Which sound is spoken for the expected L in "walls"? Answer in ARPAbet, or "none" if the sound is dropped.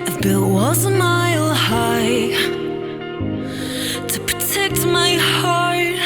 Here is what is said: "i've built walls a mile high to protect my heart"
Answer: none